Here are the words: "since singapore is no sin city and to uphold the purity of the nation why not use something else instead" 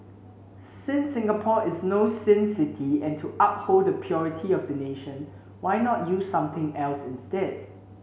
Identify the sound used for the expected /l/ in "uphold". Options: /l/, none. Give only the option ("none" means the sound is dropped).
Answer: /l/